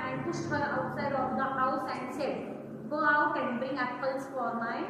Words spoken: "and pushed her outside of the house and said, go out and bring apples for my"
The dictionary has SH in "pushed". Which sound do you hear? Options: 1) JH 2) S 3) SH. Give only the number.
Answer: 2